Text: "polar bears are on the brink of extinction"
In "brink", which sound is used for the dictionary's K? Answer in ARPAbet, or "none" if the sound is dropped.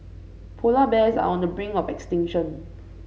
none